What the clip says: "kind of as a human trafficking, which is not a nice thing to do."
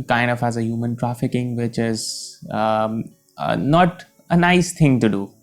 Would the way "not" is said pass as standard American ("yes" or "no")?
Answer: yes